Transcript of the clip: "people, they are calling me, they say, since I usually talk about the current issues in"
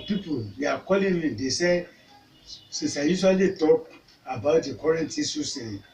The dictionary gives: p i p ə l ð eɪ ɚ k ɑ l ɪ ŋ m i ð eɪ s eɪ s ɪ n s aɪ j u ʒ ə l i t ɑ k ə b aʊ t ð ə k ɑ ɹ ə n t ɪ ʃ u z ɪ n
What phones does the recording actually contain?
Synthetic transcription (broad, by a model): p i p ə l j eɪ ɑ k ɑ l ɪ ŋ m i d eɪ s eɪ s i s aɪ j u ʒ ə l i t ɑ k ə b aʊ t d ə k ɑ ɹ ə n t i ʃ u s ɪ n